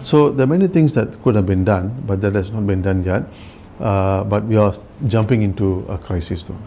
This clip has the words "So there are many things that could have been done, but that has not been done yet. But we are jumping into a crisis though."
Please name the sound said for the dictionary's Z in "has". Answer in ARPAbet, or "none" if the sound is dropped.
S